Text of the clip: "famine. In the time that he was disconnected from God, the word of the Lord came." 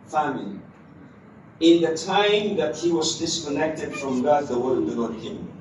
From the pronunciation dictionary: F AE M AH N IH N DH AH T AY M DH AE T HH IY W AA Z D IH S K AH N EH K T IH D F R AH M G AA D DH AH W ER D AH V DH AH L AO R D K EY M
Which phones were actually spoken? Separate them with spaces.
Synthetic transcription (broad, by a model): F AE M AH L IH N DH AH T AY M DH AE T HH IY W AA Z D IH S K AH N EH K T IH D F R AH M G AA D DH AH W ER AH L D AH N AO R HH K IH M